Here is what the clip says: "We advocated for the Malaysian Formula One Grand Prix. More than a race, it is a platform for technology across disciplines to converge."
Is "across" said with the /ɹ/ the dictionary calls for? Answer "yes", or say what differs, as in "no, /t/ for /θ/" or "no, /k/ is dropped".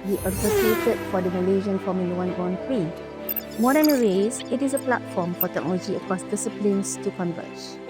yes